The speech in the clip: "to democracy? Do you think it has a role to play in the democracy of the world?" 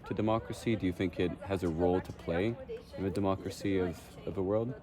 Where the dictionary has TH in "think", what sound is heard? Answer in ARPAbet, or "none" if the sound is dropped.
TH